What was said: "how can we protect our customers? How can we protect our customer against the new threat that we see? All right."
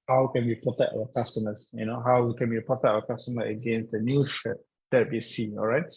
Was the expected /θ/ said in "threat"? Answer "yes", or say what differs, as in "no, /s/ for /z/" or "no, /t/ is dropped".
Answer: no, /t/ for /θ/